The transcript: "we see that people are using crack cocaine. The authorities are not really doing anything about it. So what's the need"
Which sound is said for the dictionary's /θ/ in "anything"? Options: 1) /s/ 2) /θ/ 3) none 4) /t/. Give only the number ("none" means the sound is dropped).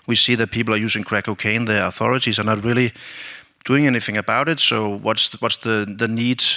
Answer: 2